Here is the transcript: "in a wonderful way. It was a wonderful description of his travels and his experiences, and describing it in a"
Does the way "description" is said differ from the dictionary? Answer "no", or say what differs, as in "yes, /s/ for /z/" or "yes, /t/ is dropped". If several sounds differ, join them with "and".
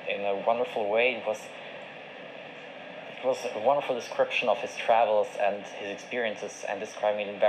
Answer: no